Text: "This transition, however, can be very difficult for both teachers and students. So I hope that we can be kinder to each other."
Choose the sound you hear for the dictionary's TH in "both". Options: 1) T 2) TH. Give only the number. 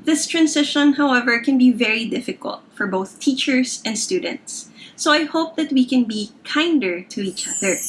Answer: 2